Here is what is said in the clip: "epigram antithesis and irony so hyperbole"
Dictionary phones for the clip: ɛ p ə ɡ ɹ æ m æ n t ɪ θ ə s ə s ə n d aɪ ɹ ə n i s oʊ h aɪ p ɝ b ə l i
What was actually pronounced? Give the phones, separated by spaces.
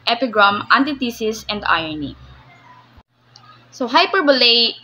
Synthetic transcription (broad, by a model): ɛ p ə ɡ ɹ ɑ m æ n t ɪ t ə s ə s ə n d aɪ ə n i s oʊ h aɪ p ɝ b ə l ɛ